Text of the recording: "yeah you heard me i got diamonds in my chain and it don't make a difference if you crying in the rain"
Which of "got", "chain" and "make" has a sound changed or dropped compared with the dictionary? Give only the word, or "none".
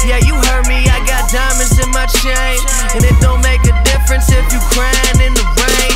chain